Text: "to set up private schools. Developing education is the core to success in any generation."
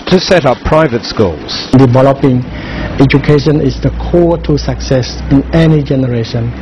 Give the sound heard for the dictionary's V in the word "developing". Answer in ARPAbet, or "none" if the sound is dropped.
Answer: V